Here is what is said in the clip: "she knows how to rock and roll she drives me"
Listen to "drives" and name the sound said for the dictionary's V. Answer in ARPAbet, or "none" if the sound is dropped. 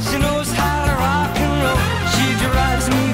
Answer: none